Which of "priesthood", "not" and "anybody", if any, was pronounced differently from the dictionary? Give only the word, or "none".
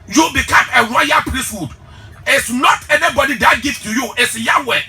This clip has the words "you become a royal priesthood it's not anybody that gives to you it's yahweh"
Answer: none